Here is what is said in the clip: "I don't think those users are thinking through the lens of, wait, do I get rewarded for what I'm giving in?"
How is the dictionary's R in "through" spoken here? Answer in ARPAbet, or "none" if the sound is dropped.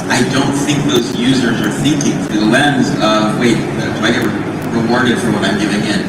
none